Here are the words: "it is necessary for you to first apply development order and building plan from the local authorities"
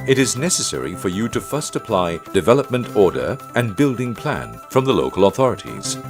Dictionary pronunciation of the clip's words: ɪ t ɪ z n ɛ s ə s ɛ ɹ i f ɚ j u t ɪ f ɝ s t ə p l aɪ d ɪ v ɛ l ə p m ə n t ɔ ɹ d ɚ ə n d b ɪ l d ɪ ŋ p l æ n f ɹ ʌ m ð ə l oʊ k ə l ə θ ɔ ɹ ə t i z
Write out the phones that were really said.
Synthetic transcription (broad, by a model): ɪ t ɪ z n ɛ s ə s ɛ ɹ i f ɚ j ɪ t ɪ f ɝ s t ə p l aɪ d ɪ v ɛ l ə p m ə n t ɔ ɹ d ɚ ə n b ɪ l d ɪ ŋ p l æ n f ɹ ʌ m ð ə l oʊ k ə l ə θ ɔ ɹ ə t i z